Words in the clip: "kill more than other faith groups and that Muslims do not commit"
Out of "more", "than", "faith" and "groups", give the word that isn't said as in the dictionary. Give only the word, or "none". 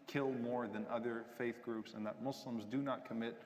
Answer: none